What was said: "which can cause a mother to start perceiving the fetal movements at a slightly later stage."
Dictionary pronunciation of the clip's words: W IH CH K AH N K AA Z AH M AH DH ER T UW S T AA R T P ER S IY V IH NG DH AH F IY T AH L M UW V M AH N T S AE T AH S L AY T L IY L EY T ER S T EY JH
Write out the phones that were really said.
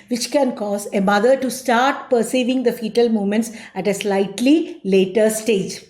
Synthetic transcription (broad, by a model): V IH CH K AH N K AA Z AH M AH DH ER T UW S T AA R T P ER S IY V IH NG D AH F IY T AH L M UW M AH N T S AE T AH S L AY T L IY L EY T ER S T EY JH